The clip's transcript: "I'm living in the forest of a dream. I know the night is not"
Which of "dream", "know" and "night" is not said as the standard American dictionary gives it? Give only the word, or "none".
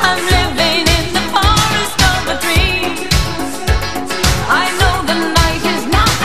dream